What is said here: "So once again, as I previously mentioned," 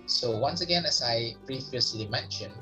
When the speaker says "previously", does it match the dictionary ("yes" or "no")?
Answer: no